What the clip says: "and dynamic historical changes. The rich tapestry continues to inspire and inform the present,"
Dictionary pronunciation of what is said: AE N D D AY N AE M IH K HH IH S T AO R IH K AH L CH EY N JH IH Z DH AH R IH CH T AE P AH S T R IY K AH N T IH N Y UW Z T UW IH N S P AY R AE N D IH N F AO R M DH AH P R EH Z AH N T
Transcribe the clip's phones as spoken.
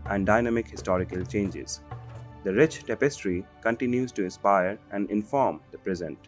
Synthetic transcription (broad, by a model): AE N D D AY N AE M IH K HH IH S T AO R IH K AH L CH EY N JH IH Z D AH R IH CH T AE P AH S T R IY K AH N T IH N Y UW Z T UW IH N S P AY R AE N D IH N F AO R M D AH P R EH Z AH N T